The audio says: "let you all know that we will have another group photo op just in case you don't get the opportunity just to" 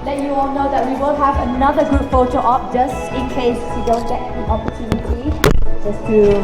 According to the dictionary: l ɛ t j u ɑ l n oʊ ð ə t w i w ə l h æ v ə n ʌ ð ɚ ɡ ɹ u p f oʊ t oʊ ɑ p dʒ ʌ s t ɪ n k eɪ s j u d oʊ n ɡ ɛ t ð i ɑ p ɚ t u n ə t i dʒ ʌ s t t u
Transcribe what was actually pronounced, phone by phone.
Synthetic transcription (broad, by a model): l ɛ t j u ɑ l n oʊ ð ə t w i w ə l h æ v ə n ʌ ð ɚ ɡ u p f oʊ t oʊ ɑ p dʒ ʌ s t ɪ n k eɪ s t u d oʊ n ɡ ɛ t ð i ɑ p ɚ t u n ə t i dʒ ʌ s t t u